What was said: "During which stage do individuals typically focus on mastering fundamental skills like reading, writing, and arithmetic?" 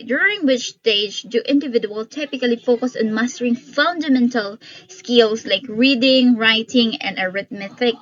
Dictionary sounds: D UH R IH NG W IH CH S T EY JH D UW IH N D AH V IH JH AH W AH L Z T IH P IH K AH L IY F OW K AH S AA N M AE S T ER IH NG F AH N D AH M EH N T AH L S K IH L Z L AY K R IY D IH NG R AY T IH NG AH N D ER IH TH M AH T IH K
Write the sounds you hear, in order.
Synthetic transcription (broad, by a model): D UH R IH NG W IH CH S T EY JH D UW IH N D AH V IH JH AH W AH L T IH P IH K AH L IY F OW K AH S AA N M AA S T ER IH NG F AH N D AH M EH N T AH L S K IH L S L AY K R IY D IH NG R AY T IH NG AH N D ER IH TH M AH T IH K